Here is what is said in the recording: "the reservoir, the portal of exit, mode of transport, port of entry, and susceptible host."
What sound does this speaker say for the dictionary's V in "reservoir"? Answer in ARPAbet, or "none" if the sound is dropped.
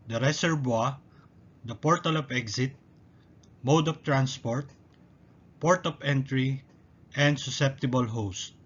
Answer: B